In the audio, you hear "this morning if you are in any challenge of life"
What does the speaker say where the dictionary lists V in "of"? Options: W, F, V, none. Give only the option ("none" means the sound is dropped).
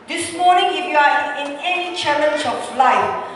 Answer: F